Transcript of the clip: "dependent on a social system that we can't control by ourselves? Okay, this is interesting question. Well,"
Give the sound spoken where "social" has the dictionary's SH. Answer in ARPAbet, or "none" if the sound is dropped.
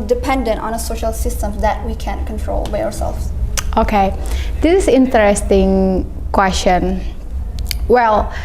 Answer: SH